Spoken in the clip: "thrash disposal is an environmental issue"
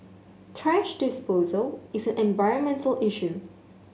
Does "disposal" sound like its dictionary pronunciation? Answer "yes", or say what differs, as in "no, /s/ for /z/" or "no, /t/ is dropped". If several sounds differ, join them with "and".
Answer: yes